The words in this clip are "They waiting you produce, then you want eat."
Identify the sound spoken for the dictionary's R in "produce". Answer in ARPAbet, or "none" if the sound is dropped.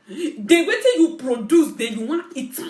R